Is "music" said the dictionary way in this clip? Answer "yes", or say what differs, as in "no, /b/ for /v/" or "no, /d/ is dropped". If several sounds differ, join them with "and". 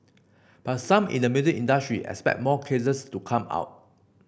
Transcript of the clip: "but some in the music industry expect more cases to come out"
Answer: no, /k/ is dropped